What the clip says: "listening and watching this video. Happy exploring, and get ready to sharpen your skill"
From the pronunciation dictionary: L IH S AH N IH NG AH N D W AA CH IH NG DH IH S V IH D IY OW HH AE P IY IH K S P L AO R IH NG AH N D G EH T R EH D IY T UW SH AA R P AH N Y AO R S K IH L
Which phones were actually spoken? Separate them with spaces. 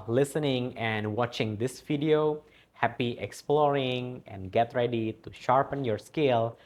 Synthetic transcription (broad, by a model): L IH S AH N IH NG AH N D W AA CH IH NG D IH S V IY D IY OW HH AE P IY IH K S P L AO R IH NG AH N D G EH T R EH D IY T UW SH AA R P AH N Y AO R S K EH L